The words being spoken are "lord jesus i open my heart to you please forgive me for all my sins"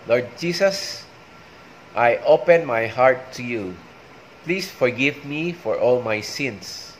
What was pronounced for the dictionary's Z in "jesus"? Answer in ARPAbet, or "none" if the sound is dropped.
S